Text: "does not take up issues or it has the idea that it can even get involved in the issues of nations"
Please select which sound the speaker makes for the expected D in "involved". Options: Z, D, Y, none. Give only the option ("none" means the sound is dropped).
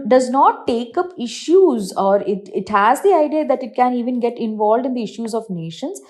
D